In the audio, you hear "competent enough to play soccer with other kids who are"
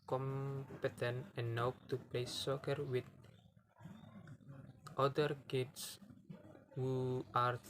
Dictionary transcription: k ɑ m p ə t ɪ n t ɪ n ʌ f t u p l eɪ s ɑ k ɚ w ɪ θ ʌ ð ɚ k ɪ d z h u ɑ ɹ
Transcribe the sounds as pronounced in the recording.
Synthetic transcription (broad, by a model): k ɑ m p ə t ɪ n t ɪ n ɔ p t u p l eɪ s ɑ k ɚ w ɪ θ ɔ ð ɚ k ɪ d s h u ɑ ɹ